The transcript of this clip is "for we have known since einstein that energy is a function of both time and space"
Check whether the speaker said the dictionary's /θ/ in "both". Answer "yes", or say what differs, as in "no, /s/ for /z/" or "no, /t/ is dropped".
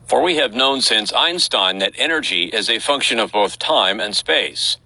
yes